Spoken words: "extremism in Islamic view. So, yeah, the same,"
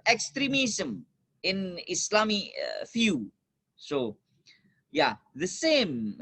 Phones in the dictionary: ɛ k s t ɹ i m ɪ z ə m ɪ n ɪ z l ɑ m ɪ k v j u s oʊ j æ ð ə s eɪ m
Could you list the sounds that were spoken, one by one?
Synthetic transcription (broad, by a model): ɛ k s t ɹ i m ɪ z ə m ɪ n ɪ s l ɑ m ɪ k f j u s oʊ j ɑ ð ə s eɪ m